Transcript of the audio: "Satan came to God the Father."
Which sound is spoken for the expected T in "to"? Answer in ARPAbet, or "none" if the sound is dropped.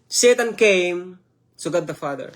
S